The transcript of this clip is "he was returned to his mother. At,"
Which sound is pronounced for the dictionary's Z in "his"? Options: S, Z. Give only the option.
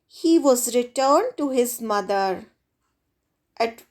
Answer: Z